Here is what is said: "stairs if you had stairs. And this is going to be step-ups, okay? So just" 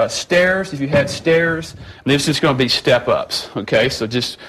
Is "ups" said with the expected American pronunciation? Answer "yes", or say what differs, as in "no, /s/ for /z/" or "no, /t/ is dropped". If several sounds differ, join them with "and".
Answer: yes